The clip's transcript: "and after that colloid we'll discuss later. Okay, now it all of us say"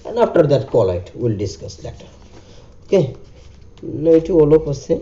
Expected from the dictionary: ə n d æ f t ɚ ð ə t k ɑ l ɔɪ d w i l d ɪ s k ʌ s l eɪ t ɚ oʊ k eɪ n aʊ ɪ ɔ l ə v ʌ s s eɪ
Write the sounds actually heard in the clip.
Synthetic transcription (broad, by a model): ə n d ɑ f t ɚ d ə t k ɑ l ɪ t w i l d ɪ s k ʌ s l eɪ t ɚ oʊ k eɪ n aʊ ɪ ɔ l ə p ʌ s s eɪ